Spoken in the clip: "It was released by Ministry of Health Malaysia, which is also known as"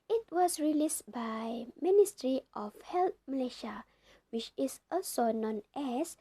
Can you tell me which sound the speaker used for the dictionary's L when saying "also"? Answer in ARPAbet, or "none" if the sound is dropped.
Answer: none